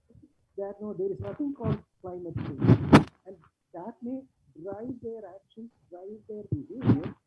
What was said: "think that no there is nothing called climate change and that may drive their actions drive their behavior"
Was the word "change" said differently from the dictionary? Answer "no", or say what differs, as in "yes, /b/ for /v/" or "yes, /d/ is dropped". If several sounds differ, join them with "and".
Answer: yes, /dʒ/ is dropped